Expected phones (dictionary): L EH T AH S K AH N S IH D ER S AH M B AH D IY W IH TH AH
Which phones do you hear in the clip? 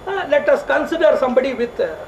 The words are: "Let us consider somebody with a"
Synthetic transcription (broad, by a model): L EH T AH S K AH N S IH D ER S AH M B AH D IY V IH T